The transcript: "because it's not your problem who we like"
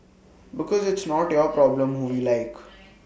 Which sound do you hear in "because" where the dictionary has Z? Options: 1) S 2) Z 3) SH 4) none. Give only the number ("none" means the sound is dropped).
2